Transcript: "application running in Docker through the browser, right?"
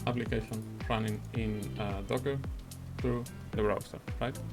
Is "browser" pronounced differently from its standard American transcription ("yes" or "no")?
yes